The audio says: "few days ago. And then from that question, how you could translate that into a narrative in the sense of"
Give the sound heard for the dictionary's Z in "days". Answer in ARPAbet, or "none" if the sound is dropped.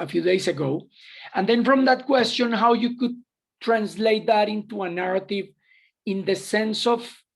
S